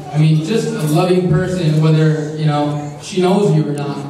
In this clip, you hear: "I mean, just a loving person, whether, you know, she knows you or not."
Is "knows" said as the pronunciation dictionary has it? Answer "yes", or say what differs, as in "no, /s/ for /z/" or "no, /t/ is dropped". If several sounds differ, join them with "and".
yes